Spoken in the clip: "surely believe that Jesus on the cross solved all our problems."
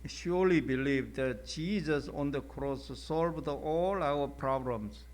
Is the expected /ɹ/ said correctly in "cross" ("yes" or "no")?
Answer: yes